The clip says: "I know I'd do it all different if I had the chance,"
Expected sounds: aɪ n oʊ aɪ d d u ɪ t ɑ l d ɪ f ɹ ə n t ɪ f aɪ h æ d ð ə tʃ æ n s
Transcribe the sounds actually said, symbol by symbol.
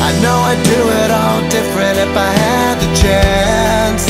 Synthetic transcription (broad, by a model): aɪ n oʊ aɪ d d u ɪ t ɑ l d ɪ f ɹ ə n t ɪ f aɪ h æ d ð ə tʃ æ n s